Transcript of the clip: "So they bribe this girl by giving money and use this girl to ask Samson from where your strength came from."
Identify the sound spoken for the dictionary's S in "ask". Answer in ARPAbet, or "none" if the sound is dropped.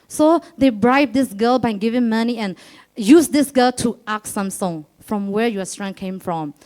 none